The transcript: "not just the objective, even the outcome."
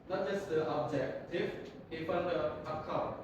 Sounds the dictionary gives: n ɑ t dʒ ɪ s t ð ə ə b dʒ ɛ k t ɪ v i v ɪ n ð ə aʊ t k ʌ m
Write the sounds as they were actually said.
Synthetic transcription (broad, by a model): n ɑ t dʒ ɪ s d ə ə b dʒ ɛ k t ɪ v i f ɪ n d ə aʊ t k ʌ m